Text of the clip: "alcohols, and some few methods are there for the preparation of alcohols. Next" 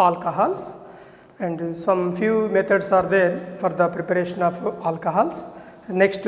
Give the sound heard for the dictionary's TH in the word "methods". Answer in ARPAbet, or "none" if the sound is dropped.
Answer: T